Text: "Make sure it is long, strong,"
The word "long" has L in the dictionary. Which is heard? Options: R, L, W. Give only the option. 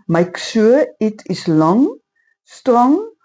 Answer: L